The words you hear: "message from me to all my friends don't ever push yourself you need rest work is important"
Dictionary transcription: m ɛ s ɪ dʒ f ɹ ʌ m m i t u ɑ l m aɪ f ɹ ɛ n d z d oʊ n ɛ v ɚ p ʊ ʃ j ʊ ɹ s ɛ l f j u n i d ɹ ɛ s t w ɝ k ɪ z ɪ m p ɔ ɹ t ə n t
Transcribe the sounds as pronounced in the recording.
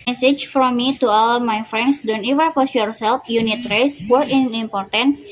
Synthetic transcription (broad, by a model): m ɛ s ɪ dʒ f ɹ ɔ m m i t u ɑ l m aɪ f ɹ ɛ n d s d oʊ n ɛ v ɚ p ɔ s j ʊ ɹ s ɛ l f j u n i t ɹ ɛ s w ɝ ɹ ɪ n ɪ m p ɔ ɹ t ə n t